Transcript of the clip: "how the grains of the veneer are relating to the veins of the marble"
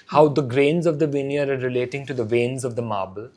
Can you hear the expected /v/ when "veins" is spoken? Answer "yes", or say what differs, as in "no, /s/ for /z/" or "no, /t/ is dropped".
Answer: yes